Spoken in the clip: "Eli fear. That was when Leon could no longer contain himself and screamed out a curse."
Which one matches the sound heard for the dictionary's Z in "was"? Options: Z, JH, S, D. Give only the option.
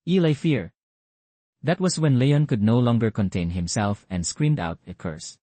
S